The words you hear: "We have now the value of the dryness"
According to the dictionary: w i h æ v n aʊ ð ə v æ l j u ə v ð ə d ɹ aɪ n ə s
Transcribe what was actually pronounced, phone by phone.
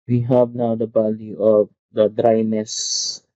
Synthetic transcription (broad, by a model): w i h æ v n aʊ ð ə b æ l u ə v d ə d ɹ aɪ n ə s